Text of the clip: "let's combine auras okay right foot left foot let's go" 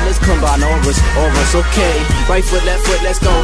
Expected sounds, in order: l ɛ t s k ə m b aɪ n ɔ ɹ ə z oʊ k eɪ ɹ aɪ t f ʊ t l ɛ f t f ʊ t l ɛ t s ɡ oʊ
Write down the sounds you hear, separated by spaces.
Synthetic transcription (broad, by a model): l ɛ t s k ə m b aɪ n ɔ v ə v oʊ k eɪ ɹ aɪ t f ʊ t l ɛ t f ʊ t l ɛ t s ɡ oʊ